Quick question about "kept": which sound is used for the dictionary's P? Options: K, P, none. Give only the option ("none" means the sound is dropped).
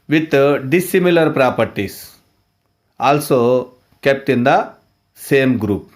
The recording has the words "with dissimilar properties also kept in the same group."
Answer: P